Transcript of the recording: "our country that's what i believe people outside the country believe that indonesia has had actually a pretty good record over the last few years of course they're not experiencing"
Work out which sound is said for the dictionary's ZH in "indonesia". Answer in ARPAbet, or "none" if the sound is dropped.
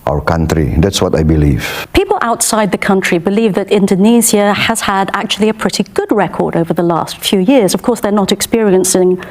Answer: Z